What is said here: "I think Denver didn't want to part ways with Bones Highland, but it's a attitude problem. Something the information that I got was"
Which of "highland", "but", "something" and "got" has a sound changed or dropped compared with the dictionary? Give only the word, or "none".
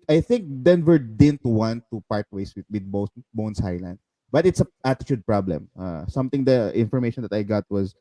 something